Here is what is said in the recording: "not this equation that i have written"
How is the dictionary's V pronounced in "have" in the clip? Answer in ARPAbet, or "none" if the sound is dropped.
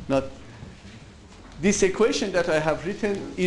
V